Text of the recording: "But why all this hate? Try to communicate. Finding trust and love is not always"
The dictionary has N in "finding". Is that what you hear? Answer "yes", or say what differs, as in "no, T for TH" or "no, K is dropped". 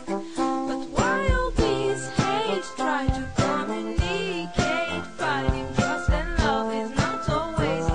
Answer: no, N is dropped